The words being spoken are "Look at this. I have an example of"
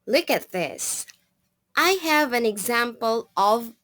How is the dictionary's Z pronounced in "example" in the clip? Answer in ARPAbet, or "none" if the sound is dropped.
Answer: Z